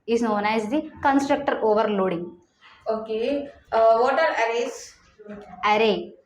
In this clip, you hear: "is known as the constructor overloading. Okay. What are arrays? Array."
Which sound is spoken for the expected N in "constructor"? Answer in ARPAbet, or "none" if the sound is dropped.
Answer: N